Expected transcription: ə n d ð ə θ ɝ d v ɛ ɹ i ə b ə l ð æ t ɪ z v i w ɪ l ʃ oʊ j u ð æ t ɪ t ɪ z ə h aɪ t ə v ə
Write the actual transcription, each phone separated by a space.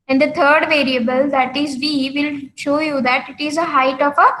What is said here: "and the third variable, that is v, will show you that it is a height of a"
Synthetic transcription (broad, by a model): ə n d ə t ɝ d v ɛ ɹ i ə b ə l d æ t ɪ z v i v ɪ l ʃ oʊ j u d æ t ɪ t ɪ z ə h aɪ t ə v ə